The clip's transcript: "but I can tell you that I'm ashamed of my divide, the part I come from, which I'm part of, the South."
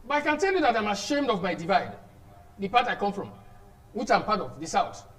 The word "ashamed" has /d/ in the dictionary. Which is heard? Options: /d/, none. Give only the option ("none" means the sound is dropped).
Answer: /d/